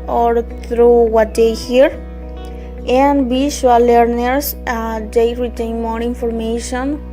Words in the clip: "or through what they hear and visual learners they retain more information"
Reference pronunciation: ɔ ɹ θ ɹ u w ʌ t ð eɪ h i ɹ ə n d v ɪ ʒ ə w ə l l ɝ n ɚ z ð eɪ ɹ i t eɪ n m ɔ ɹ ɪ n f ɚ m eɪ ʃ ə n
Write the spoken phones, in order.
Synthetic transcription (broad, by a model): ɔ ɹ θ ɹ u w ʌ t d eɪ h i ɹ ə n d b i ʃ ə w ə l l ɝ n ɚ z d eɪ ɹ i t eɪ n m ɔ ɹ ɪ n f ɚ m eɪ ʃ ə n